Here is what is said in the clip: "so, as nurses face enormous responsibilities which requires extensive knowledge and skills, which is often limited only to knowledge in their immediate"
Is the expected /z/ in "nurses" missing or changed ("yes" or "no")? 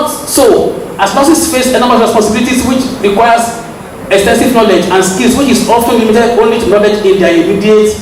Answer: yes